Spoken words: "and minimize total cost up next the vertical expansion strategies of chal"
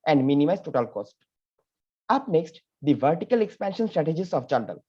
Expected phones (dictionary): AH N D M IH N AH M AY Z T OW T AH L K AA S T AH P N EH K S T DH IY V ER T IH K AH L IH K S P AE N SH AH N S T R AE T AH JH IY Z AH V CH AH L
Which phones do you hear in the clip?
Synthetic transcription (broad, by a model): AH N D M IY N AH M AY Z T OW T AH L K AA S T AH P N EH K S T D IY V ER T IH K AH L IH K S P AE N SH AH N S T R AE T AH JH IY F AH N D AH L